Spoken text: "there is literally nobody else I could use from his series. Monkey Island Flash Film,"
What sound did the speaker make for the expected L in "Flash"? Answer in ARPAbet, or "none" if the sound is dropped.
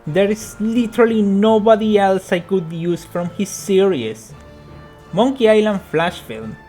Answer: L